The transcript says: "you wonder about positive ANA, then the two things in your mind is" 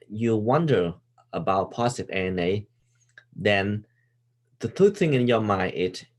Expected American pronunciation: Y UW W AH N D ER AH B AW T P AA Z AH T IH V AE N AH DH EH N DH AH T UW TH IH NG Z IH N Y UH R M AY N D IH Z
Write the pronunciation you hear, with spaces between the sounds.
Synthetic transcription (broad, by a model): Y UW W AH N D ER AH B AW T P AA S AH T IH EH N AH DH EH N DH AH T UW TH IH NG IH N Y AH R M AY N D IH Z